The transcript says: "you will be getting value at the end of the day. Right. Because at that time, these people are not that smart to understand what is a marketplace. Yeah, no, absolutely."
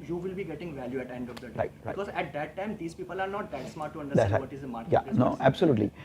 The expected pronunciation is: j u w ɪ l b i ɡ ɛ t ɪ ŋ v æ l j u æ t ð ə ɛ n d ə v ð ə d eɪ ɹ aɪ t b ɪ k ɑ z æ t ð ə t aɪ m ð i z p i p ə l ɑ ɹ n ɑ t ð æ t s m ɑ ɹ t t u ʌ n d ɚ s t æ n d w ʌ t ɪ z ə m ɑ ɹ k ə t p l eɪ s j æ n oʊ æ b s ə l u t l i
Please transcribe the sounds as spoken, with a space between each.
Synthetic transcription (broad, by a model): j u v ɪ l b i ɡ ɛ t ɪ ŋ v æ l j u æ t ɛ n d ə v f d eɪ ɹ aɪ t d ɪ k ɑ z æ t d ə t aɪ m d i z p i p ə l ɑ ɹ n ɑ t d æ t s m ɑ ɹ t t u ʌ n d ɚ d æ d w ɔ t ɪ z ə m ɑ ɹ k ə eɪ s n oʊ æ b s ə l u t l i